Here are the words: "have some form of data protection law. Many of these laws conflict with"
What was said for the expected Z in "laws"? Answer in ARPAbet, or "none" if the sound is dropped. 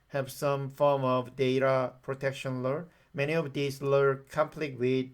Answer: none